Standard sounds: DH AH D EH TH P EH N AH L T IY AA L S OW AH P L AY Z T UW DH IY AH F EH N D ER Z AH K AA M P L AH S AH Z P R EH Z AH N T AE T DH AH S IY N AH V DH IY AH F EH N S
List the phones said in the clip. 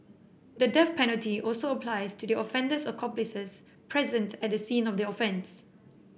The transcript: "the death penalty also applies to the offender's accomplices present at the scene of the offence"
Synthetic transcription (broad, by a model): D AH D EH F P EH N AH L T IY AA L S OW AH P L AY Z T UW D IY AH F EH N D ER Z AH K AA M P L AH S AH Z P R EH Z AH N T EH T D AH S IY N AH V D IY AH F EH N S